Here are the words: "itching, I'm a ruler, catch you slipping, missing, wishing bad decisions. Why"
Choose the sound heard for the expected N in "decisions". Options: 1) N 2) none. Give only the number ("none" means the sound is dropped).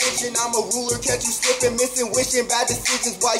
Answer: 2